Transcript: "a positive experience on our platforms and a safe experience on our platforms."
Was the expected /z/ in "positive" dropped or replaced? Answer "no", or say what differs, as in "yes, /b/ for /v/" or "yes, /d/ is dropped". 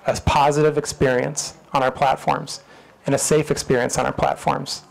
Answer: no